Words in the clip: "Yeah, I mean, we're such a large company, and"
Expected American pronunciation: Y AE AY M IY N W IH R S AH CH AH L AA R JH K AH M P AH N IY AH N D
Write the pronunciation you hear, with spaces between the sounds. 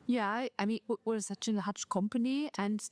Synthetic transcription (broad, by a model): Y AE AY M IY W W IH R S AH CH AH N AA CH K AH M P AH N IY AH N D